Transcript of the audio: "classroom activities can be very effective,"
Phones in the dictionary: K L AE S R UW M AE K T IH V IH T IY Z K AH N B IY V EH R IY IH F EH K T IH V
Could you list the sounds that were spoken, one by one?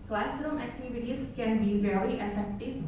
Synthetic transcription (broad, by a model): K L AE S R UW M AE K T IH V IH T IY S K AH N B IY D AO L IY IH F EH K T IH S